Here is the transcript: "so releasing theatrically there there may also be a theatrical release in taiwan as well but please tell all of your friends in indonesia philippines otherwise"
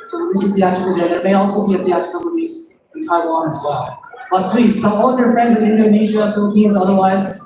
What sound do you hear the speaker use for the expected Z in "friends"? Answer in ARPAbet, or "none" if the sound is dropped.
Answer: Z